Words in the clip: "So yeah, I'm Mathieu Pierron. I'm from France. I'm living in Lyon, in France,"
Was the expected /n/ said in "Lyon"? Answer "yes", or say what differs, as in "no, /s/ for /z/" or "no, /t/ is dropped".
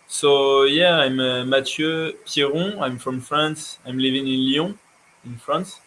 no, /n/ is dropped